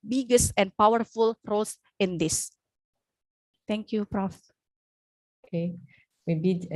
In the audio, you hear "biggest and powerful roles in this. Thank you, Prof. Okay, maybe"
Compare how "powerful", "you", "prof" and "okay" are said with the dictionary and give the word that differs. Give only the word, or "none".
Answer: none